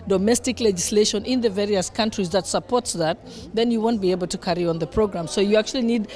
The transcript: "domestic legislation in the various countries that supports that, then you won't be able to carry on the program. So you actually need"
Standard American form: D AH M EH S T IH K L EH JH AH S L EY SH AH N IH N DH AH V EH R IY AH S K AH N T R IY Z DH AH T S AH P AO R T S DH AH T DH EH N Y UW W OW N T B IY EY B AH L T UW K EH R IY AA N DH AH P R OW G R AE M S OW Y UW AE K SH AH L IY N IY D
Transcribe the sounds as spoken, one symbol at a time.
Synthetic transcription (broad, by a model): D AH M EH S T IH K L EH JH AH S L EY SH AH N IH N DH AH V EH R IY AH S K AH N T R IY Z DH AH T S AH P AO R T S DH AH T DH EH N Y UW W OW N T B IY EY B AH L T UW K EH R IY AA N DH AH P R OW G R AE M S OW Y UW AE K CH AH L IY N IY D